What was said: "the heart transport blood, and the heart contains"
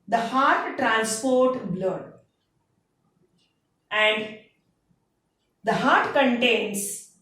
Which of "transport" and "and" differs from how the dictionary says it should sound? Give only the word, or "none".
none